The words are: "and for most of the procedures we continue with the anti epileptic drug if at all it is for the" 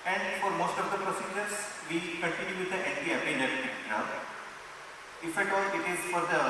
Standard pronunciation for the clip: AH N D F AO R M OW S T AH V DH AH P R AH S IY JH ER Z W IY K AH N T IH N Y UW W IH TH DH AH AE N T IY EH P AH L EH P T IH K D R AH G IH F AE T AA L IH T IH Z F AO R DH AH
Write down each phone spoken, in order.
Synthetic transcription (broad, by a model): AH N D F AO R M OW S T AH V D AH P R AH S IY JH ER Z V IY K AH N T IH N Y UW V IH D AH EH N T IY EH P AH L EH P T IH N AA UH IH F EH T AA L IH T IH Z F AO R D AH